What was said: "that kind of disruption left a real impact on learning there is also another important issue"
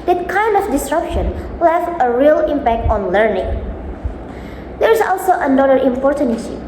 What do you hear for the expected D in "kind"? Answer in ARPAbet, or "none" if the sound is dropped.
D